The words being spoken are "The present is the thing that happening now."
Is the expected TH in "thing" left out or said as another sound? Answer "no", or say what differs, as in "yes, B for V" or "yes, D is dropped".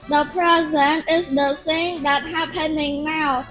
yes, S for TH